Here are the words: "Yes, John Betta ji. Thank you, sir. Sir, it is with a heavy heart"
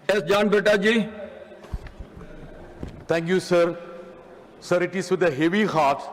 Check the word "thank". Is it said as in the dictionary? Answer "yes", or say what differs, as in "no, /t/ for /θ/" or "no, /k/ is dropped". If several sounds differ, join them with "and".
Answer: no, /t/ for /θ/